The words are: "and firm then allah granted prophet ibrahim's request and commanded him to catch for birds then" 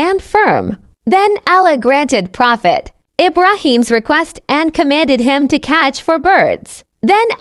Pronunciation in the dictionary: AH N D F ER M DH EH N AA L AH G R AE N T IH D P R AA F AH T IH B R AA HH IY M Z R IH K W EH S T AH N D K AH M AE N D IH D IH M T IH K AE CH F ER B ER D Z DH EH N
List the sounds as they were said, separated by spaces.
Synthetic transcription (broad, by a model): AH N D F ER M DH EH N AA L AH G R AE N T IH D P R AA F AH T IH B R AA HH IY M Z R IH K W EH S T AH N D K AH M AE N D IH D IH M T IH K AE CH F ER B ER D Z DH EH N